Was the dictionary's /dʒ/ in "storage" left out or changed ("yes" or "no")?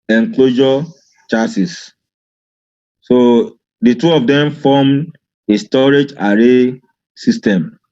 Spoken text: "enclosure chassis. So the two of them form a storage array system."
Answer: no